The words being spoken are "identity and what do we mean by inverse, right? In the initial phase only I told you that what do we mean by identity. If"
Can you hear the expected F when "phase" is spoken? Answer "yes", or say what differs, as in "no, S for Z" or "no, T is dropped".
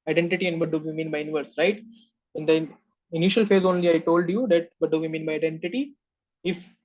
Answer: yes